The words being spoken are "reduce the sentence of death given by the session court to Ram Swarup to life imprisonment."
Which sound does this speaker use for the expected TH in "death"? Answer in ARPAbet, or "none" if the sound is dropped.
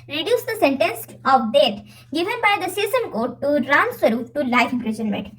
T